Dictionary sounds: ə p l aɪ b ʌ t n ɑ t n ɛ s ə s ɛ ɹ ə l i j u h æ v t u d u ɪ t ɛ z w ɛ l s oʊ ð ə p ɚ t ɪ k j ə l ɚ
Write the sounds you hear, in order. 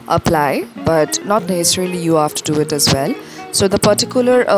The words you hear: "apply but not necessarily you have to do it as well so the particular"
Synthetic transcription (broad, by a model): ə p l aɪ b ʌ t n ɑ t n ɛ s ə s ɛ ɹ ə l i j u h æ f t u d u ɪ t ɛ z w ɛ l s oʊ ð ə p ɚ t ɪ k j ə l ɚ